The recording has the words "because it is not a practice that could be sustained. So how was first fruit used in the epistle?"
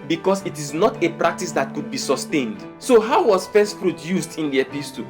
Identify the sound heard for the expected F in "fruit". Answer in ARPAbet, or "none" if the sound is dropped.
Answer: P